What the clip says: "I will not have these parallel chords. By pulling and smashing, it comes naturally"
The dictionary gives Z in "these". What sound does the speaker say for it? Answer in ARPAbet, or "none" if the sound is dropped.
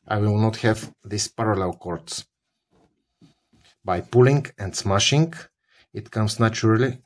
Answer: S